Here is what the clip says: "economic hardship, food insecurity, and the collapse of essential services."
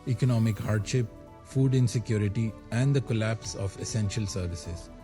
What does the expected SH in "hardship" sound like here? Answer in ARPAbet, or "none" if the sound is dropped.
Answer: SH